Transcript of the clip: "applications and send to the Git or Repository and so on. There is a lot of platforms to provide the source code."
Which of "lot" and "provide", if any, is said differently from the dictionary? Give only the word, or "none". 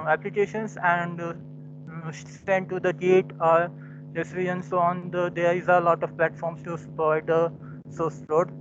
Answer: provide